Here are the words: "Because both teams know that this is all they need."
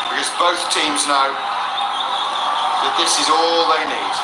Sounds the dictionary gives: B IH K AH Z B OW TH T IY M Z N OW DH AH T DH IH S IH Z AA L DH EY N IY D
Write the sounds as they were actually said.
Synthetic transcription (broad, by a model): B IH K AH Z B OW TH T IY M Z N OW DH AH T DH IH S IH Z AA L DH EY N IY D